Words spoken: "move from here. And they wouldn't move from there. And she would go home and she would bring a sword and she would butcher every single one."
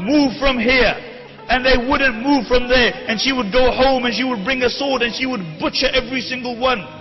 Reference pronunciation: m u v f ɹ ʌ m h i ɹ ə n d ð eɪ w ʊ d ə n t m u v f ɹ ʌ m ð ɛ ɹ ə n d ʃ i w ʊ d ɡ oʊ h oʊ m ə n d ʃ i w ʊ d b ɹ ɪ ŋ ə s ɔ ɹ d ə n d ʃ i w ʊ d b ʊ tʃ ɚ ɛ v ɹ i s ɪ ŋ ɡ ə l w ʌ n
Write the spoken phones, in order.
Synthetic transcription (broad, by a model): m u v f ɹ ʌ m h i ɹ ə n ð eɪ w ʊ d n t m u v f ɹ ʌ m ð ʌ ɹ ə n ʃ i w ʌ d ɡ oʊ h oʊ m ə n ʃ i w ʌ d b ɹ ɪ ŋ ə s ɔ ɹ d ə n ʃ i w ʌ d b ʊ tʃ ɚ ɛ v ɹ i s ɪ ŋ ɡ ə l w ʌ n